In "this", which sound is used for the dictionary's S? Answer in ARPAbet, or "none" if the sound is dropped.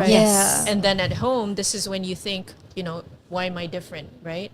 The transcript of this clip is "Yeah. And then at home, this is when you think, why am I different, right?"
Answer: S